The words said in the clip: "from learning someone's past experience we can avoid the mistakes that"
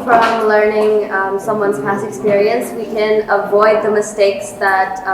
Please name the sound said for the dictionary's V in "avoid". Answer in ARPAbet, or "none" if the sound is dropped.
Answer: V